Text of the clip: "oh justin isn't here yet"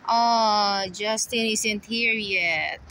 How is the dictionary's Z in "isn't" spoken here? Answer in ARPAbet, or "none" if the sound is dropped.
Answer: S